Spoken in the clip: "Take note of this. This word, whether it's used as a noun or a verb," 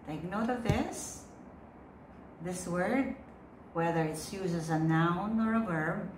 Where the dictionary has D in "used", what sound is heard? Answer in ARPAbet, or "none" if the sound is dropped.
none